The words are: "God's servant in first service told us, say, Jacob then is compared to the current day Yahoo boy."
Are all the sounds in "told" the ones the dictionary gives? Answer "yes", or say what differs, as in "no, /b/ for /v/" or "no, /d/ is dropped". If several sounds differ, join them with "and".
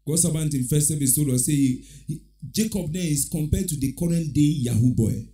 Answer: no, /d/ is dropped